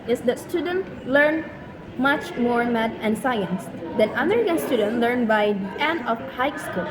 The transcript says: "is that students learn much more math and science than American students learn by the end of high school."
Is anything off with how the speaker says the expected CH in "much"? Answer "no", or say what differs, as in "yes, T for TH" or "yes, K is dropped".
no